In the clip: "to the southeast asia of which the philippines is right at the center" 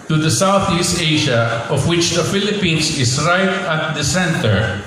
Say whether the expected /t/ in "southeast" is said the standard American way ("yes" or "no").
yes